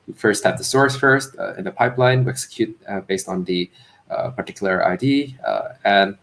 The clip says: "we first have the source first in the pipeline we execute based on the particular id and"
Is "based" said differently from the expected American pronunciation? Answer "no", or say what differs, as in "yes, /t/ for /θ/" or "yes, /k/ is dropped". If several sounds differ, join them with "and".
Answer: no